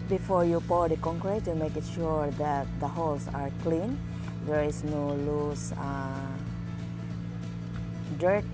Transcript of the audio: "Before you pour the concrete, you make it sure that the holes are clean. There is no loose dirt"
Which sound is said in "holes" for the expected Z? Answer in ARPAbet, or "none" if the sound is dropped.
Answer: S